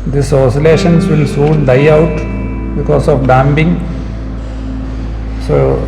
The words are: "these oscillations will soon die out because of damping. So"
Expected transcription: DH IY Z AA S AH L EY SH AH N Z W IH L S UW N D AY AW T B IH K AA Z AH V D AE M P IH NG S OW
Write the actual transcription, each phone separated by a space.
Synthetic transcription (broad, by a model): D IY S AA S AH L EY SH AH N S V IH L S UW N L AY AW T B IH K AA S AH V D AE M B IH NG S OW